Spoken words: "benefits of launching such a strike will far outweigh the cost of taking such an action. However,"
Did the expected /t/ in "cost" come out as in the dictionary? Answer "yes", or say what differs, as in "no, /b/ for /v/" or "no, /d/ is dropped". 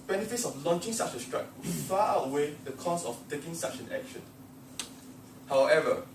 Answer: no, /t/ is dropped